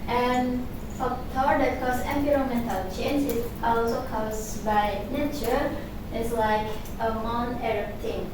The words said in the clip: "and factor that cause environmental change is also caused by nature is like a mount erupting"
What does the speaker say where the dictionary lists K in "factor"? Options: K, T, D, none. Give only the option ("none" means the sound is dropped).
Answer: none